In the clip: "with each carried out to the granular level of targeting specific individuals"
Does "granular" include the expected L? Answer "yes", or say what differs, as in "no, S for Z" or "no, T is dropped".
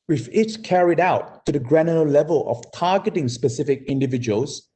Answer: no, L is dropped